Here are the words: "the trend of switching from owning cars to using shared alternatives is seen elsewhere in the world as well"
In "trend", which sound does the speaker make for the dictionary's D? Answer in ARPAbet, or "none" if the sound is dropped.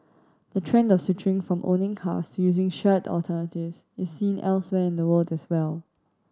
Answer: D